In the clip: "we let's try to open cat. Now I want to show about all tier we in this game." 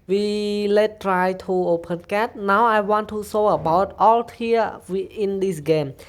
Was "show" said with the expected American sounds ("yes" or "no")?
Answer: no